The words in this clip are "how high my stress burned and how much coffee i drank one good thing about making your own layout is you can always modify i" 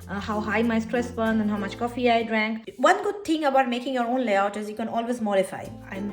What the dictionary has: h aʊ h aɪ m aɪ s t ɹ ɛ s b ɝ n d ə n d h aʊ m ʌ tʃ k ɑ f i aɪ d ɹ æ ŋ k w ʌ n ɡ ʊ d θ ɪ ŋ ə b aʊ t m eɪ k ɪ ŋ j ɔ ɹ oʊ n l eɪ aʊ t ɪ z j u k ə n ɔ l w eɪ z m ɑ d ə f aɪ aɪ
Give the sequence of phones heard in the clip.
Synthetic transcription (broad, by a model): h aʊ h aɪ m aɪ s t ɹ ɛ s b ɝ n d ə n h aʊ m ʌ tʃ k ɑ f i aɪ d ɹ æ ŋ k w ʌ n ɡ ʊ d t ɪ ŋ ə b aʊ t m eɪ k ɪ ŋ j ɔ ɹ oʊ n l eɪ aʊ t ɪ z j u k ə n ɔ l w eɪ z m ɑ d ə f aɪ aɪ